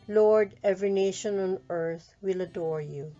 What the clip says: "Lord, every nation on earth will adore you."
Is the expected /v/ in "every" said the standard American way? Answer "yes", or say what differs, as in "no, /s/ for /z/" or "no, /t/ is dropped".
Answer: yes